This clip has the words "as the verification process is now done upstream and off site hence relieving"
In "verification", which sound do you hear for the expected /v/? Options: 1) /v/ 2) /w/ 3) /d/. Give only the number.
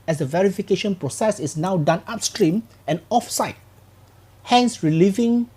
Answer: 1